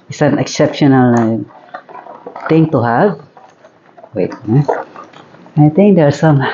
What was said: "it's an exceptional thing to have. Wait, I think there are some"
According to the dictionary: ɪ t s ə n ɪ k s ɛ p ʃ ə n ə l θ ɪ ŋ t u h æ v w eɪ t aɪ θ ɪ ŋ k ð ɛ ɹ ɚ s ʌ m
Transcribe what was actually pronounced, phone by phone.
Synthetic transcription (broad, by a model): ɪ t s ə n ɪ k s ɛ p ʃ ə n ə l t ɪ ŋ t u h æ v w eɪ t aɪ t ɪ ŋ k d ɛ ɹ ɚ s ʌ m